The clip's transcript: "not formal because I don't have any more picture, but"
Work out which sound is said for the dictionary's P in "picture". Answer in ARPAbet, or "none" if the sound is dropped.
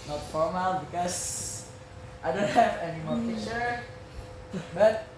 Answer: F